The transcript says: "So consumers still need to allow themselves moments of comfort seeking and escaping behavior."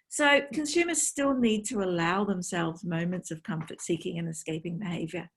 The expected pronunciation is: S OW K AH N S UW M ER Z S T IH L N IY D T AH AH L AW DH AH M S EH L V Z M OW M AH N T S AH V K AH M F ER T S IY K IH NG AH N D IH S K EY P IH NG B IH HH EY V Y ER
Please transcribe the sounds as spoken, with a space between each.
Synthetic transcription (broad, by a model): S OW K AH N S UW M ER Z S T IH L N IY D T AH AH L AW DH AH M S EH L V Z M OW M AH N T S AH V K AH M F ER T S IY K IH NG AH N IH S K EY P IH NG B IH HH EY V Y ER